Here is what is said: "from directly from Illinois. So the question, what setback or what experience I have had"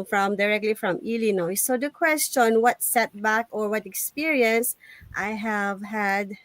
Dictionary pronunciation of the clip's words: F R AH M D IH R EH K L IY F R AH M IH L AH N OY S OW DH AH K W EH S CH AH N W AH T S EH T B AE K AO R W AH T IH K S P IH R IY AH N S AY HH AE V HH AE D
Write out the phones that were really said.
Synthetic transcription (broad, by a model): F R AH M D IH R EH K L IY F R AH M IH L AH N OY S OW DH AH K W EH S CH AH N W AH T S EH T B AE K AO R W AH T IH K S P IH R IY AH N S AY HH AE V HH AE D